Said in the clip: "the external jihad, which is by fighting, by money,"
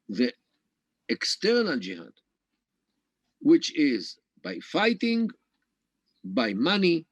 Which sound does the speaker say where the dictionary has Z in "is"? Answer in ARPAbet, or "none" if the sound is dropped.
Z